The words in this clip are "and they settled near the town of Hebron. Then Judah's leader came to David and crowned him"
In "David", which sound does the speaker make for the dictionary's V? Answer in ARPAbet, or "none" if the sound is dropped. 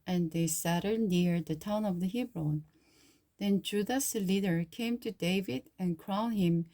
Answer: V